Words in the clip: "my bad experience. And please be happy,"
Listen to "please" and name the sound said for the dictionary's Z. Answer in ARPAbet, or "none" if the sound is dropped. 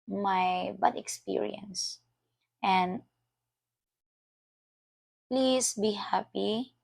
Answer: S